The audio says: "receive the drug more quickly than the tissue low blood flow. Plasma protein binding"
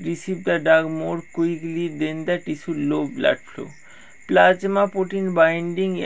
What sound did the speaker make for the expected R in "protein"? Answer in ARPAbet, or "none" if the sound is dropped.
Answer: none